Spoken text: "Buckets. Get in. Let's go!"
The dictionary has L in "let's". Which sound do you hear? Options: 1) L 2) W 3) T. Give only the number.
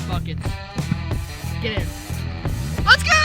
2